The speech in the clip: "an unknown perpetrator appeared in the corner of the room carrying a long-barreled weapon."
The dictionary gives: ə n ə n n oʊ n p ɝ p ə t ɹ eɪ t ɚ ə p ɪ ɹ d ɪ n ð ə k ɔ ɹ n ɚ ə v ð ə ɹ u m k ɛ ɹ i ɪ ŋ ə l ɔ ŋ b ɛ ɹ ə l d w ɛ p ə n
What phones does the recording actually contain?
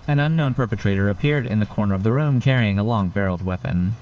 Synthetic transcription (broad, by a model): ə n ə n n oʊ n p ɝ p ə t ɹ eɪ t ɚ ə p ɪ ɹ d ɪ n ð ə k ɔ ɹ n ɚ ə v ð ə ɹ u m k ɛ ɹ i ɪ ŋ ə l ɔ ŋ b ɛ ɹ l d w ɛ p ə n